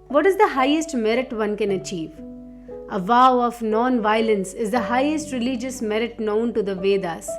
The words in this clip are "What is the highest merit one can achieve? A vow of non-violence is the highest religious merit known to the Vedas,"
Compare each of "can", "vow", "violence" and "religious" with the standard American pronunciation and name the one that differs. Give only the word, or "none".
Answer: none